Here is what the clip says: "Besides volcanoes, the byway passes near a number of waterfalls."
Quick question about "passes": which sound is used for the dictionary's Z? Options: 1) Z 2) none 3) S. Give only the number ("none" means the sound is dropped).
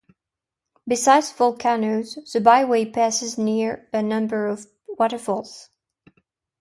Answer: 1